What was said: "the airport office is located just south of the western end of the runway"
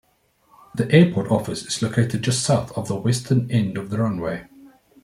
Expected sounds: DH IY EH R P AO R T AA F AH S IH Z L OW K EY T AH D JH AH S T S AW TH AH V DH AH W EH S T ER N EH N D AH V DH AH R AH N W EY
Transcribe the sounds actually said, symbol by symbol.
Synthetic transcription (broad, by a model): DH IY EH P AO T AA F AH S IH Z L OW K EY T AH D JH AH S T S AW TH AH V DH AH W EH S T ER N EH N D AH V DH AH R AH N W EY